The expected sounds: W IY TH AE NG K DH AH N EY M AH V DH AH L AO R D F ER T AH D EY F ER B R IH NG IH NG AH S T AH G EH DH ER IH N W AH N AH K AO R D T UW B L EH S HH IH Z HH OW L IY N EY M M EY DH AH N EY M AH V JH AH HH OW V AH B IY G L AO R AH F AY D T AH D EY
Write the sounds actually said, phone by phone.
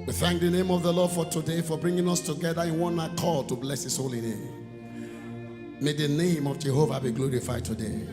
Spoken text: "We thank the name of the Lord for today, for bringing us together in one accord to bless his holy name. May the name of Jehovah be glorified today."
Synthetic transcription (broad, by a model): W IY TH AE NG K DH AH N EY M AH V DH AH L AO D F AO T AH D EY F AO B R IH NG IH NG AH S T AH G EH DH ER IH N W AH N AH K AO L T UW B L EH S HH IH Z HH OW L IY N EY M M EY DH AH N EY M AH V JH AH HH OW V AH B IY G L AO R AH F AY D T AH D EY